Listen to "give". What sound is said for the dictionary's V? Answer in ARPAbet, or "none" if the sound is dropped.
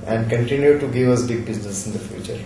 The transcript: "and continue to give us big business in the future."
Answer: V